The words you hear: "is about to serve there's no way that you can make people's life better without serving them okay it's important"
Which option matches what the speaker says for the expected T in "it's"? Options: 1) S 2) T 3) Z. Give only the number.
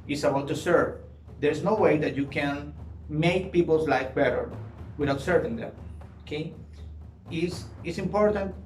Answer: 1